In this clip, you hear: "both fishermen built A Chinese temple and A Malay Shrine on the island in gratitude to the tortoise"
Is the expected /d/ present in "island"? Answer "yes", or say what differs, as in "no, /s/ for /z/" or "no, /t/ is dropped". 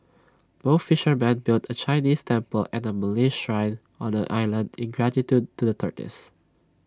yes